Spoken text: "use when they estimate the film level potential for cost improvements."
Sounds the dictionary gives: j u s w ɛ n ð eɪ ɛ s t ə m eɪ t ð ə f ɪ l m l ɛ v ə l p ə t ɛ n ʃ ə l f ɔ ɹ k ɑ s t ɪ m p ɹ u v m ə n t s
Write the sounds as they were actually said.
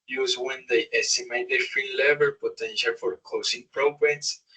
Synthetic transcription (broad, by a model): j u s w ɛ n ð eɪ ɛ s t ə m eɪ t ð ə f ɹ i l ɛ v ə l p ə t ɛ n ʃ ə l f ɔ ɹ k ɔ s ɪ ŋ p ɹ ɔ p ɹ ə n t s